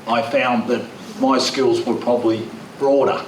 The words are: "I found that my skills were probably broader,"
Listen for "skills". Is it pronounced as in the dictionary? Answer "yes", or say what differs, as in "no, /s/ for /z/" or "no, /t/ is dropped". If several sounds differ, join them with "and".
yes